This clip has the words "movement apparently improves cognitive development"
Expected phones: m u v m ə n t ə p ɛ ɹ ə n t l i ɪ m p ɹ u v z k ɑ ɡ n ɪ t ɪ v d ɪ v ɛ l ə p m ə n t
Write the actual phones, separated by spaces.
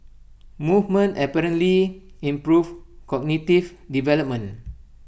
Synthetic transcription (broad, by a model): m u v m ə n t ə p ɛ ɹ ə n t l i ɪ m p ɹ u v k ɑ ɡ n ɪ t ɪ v d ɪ v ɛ l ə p m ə n